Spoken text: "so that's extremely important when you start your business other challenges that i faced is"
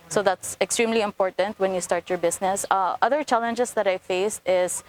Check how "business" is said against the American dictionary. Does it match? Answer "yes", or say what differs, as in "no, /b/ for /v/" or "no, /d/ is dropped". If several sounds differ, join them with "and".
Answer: no, /s/ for /z/